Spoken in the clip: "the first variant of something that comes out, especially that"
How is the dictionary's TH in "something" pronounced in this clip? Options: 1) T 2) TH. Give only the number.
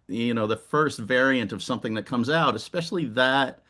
2